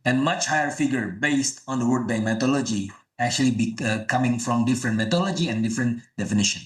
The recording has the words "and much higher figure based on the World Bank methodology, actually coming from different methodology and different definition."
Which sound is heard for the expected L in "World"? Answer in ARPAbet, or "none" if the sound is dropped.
none